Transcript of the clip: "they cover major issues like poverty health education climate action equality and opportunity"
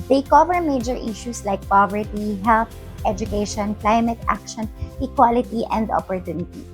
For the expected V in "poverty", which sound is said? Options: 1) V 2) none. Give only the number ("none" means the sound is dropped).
1